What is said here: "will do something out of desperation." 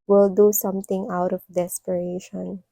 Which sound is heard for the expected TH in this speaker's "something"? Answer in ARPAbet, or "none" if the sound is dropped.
T